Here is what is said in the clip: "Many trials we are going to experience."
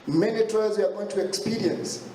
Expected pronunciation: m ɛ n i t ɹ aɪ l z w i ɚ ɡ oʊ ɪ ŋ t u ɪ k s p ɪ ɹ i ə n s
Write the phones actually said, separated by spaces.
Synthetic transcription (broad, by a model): m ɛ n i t ɔ z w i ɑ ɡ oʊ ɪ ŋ t u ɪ k s p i ɹ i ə n s